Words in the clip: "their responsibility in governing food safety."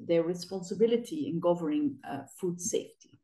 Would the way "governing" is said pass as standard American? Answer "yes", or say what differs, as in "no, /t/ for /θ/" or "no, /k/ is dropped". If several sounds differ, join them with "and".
no, /n/ is dropped